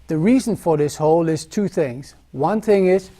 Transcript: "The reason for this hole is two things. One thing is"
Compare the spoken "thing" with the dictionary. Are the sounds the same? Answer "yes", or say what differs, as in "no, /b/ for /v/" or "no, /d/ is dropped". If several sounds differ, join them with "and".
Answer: yes